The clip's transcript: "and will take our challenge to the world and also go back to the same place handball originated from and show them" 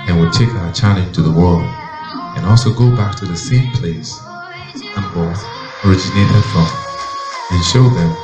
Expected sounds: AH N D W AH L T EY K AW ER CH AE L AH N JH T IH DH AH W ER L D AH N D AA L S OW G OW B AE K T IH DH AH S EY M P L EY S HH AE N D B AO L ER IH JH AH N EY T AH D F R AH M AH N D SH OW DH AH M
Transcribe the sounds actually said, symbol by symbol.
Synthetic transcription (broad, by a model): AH N W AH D T EY K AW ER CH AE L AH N T IH DH AH W ER L D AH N AA L S OW G OW B AE K T IH DH AH S EY M P L EY S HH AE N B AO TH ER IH JH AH N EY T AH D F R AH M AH N SH OW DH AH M